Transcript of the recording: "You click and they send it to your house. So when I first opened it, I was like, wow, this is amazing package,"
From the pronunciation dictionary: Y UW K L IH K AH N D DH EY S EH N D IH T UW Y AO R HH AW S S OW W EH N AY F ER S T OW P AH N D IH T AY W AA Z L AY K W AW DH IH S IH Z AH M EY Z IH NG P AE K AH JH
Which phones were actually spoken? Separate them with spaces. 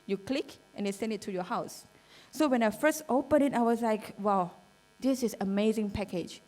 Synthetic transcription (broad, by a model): Y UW K L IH K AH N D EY S EH N D IH T UW Y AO HH AW S S OW W EH N AY F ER S T OW P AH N IH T AY W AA S L AY K W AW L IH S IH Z AH M EY Z IH NG P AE K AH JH